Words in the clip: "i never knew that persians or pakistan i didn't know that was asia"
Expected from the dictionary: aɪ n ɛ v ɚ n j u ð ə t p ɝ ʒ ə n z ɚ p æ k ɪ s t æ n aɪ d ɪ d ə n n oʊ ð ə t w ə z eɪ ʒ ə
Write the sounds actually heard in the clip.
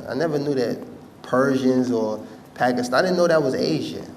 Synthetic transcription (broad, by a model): aɪ n ɛ v ɚ n j u ð ə t p ɝ ʒ ə n z ɚ p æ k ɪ s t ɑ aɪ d ɪ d n n oʊ ð ə t w ə z eɪ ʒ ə